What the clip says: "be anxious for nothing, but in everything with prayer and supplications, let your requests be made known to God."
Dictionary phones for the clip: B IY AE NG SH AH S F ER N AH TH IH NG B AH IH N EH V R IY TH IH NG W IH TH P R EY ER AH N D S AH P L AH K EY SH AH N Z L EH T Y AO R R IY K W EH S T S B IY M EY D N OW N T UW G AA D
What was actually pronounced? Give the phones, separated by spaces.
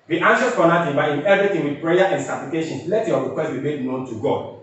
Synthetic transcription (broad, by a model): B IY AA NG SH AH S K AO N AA T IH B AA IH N EH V R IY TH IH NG W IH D P R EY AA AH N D S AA P L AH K EY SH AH N L EH T Y AO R R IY K W EH S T B IY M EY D N OW N T UW G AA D